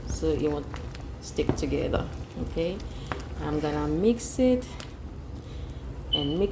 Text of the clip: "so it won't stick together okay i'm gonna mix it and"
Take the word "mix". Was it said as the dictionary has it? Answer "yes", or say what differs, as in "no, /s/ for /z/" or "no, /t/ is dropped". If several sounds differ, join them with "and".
yes